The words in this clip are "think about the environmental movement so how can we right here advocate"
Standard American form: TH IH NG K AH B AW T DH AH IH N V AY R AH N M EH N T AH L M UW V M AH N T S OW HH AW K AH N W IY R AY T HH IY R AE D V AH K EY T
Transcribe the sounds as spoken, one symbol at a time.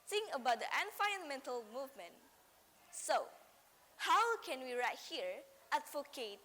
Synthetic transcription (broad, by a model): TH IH NG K AH B AW T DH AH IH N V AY AH N M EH N T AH L M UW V M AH N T S OW HH AW K AH N W IY R AY T HH IY R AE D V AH K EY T